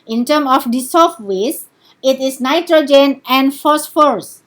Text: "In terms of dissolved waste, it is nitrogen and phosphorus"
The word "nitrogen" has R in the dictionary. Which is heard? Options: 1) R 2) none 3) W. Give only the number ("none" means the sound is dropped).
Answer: 1